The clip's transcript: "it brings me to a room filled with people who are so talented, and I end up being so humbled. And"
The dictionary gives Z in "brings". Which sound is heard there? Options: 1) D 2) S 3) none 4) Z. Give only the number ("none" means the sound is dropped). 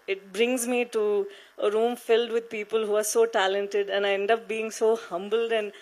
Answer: 4